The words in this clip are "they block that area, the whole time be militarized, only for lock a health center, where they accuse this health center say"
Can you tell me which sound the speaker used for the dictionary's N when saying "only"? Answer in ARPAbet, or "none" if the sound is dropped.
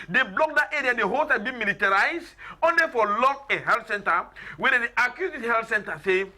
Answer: N